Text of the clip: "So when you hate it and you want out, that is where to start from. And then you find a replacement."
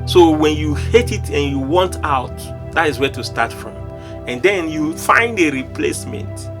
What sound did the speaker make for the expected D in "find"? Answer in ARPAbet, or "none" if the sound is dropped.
D